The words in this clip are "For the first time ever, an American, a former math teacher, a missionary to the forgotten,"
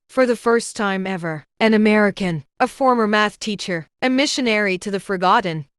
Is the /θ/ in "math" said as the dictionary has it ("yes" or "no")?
yes